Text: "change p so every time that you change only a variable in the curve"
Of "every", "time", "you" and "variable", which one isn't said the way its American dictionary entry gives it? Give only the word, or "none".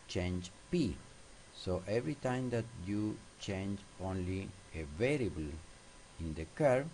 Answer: none